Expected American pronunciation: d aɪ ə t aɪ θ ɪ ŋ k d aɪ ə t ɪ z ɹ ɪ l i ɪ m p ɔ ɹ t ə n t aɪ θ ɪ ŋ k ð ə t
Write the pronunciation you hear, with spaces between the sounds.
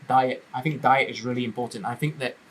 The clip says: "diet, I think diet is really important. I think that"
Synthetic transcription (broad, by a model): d aɪ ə t aɪ θ ɪ ŋ k d aɪ ə t ɪ z ɹ ɪ l i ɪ m p ɔ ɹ t n t aɪ θ ɪ ŋ k ð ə t